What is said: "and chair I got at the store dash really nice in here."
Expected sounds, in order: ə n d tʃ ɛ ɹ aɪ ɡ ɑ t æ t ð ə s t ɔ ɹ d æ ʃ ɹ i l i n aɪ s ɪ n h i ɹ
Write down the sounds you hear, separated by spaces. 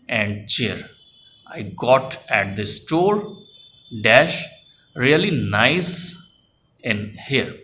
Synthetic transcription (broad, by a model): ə n d tʃ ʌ ɹ aɪ ɡ ɑ t æ t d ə s t ɔ ɹ d æ ʃ ɹ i l i n aɪ s ɪ n h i ɹ